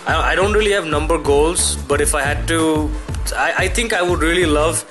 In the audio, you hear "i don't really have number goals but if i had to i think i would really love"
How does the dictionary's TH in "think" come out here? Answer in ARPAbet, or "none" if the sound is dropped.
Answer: T